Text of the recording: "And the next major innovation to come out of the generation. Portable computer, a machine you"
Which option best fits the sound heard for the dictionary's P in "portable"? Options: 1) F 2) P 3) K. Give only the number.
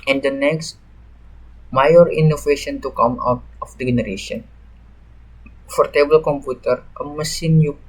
1